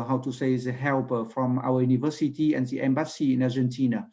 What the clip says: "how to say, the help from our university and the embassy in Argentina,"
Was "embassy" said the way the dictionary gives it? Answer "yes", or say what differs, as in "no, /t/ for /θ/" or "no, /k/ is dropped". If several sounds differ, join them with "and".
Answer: yes